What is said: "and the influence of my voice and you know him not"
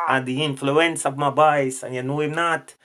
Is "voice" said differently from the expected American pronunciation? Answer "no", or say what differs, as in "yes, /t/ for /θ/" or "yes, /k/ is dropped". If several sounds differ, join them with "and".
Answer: yes, /b/ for /v/